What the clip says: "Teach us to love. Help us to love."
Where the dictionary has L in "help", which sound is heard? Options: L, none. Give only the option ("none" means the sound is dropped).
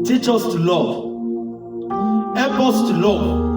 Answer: none